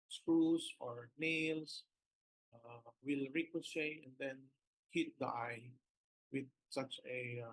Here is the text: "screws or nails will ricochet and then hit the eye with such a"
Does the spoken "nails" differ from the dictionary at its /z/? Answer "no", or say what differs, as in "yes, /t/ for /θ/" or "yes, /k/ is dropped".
yes, /s/ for /z/